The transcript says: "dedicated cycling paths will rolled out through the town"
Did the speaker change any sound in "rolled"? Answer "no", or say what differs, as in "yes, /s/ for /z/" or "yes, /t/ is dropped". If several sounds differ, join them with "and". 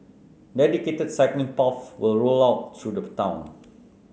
yes, /d/ is dropped